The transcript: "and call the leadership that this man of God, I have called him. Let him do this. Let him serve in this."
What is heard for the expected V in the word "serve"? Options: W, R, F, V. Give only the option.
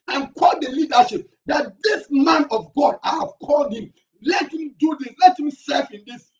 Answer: F